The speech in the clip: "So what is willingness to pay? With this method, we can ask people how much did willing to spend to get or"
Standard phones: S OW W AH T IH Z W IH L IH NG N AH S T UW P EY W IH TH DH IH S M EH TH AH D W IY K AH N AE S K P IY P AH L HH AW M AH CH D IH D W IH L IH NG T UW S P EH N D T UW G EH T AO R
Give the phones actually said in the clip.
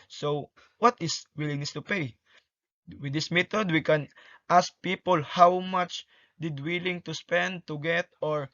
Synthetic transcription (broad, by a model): S OW W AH T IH S W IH L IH NG AH S T UW P EY W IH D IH S M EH T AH D W IY K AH N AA S K P IY P AH L HH AW M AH CH D IH D W IH L IH NG T UW S P EH N D T UW G EH T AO R